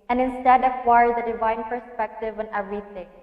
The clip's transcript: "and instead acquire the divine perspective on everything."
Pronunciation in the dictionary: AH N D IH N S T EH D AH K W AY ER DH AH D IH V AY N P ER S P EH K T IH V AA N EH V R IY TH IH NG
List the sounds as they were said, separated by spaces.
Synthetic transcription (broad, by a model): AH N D IH N S T EH D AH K W AY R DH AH D IH V AY N P ER S P EH K T IH V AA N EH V R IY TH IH NG